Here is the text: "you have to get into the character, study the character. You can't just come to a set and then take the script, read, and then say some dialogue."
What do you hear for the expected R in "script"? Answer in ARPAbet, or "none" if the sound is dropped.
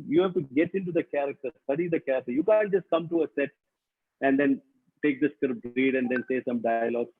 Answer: none